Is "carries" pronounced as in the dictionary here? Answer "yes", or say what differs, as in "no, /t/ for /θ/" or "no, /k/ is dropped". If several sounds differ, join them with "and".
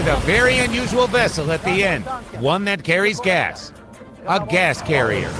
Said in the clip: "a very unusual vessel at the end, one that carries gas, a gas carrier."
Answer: yes